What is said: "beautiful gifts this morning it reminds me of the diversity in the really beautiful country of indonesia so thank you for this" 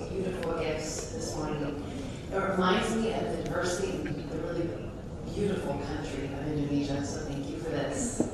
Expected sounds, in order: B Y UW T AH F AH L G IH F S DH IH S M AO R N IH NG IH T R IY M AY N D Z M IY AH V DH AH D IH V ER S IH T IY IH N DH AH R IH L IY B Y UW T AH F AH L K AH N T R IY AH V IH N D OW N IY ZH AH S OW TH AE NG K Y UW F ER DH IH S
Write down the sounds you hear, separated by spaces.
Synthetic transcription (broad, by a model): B Y UW T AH F L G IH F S DH IH S M AO R N IH NG IH T R IY M AY N D Z M IY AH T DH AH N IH V ER S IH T IY IH N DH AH R IH L IY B Y UW T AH F L K AH N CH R IY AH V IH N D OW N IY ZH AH S OW TH AE NG K Y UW F ER DH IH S